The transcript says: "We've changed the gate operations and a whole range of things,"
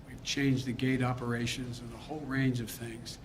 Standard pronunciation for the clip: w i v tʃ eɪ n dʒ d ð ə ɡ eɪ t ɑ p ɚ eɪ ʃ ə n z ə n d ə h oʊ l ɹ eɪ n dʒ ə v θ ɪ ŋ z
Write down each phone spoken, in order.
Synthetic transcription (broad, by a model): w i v tʃ eɪ n dʒ ð ə ɡ eɪ t ɑ p ɚ eɪ ʃ ə n z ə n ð ə h oʊ l ɹ eɪ n dʒ ə v θ ɪ ŋ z